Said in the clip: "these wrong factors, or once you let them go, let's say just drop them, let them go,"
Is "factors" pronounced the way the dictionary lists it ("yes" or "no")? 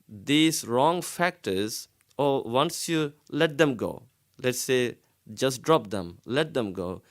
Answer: yes